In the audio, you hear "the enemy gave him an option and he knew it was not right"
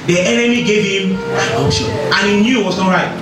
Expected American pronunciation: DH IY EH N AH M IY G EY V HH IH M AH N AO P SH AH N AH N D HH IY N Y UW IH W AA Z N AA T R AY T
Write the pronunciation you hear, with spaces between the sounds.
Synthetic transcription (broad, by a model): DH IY EH N AH M IY G EY V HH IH M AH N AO SH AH AH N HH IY N Y UW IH W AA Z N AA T R AY T